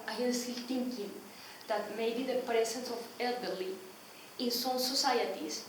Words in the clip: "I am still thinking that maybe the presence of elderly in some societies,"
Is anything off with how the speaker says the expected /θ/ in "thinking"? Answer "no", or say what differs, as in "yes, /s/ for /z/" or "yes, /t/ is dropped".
yes, /t/ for /θ/